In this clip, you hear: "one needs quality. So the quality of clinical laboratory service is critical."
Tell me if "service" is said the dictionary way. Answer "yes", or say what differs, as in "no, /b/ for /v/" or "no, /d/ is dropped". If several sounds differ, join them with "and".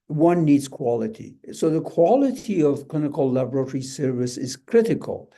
yes